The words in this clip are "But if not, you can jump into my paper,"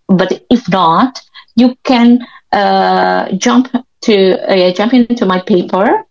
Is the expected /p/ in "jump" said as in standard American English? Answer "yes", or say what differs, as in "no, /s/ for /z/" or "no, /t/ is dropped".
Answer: yes